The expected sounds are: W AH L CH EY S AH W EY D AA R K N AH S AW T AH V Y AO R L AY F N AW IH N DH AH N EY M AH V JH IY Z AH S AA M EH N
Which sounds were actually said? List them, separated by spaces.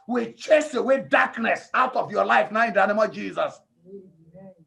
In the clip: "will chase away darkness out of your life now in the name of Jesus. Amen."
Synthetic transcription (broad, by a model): W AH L CH EY S AH W EY D AA K N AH S AW T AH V Y AO L AY F N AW IH N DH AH N EY M AH V JH IY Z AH S